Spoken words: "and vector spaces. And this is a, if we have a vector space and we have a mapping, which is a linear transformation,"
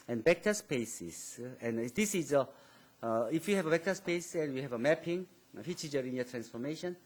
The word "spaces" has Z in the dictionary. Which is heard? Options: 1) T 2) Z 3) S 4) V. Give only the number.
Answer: 3